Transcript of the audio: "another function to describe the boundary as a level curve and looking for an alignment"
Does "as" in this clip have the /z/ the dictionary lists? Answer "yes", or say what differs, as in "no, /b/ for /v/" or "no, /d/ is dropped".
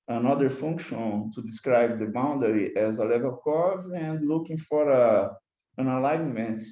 yes